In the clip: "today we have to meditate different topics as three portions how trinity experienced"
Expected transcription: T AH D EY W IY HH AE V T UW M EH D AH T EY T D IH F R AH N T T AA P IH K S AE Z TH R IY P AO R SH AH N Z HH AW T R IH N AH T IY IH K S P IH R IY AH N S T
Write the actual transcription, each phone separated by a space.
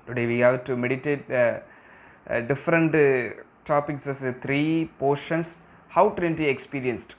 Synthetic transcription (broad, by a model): T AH D EY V IY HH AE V T UW M EH D AH T EY T D IH F R AH N T T AA P IH K S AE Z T R IY P AO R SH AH N S HH AW T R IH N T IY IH K S P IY R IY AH N S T